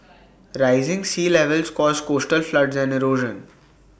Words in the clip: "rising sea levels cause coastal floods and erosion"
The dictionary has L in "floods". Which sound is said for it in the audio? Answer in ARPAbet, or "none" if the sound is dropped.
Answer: L